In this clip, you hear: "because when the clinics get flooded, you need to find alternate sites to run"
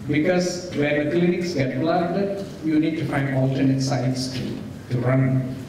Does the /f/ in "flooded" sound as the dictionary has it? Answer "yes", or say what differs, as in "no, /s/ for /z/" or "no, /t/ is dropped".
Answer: no, /p/ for /f/